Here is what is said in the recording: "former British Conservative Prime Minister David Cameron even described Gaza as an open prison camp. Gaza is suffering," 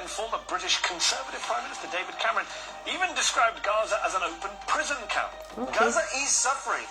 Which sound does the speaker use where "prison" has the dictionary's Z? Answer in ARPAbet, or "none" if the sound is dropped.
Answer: Z